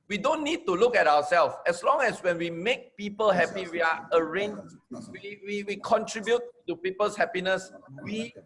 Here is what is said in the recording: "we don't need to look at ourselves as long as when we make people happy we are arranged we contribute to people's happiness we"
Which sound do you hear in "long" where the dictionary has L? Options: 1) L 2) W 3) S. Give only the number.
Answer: 1